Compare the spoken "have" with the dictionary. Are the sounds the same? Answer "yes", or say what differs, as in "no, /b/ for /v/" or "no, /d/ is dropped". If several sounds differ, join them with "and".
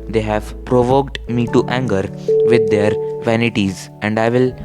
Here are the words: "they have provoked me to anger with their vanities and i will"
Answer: yes